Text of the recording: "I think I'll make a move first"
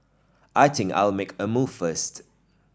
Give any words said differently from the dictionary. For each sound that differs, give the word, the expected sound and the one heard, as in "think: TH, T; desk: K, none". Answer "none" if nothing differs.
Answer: think: TH, T; think: K, none